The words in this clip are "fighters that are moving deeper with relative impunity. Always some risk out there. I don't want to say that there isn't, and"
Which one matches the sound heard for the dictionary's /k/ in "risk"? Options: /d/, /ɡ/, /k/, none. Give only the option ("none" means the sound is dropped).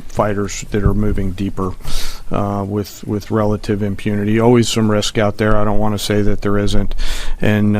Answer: /k/